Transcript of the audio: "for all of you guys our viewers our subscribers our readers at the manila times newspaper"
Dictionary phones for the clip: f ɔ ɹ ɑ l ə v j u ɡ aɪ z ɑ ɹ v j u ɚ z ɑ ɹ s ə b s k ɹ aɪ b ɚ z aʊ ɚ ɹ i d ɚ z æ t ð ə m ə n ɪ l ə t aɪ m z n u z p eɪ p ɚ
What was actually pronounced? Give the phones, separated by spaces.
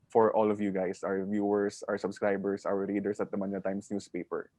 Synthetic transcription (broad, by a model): f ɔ ɹ ɑ l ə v j u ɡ aɪ s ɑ w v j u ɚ s ɑ ɹ s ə b s k ɹ aɪ b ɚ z aʊ ɚ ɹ i d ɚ s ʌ t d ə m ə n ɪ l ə t aɪ m s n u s p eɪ p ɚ